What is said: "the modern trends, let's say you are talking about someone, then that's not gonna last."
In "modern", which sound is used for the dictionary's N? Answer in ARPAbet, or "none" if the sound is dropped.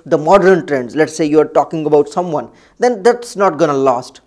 N